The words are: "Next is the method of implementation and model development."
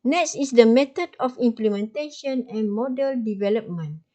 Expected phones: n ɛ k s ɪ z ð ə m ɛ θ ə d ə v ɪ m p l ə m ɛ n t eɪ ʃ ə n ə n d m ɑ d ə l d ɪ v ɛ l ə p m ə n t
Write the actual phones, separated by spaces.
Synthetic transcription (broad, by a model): n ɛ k s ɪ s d ə m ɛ t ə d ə f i m p l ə m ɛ n t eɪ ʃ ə n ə n m ɑ d ə l d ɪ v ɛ l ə p m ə n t